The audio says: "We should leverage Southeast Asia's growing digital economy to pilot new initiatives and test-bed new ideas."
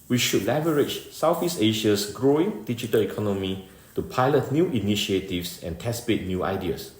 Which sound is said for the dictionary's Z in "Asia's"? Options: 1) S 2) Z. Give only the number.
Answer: 1